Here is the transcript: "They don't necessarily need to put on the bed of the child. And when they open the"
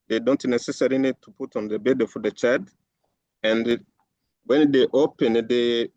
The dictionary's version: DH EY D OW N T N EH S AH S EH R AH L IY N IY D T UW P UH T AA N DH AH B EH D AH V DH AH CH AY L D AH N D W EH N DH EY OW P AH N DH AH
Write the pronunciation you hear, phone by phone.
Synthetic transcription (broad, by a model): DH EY D OW N T N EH S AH S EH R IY N IY D T UW P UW T AA N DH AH B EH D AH DH AH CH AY D AH N D W EH N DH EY OW P AH N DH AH